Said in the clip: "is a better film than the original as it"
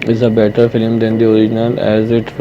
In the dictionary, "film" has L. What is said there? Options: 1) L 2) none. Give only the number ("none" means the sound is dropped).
1